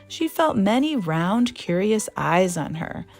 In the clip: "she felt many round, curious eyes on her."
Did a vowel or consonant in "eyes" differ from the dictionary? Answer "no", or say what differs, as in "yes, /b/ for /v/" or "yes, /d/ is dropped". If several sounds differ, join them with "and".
no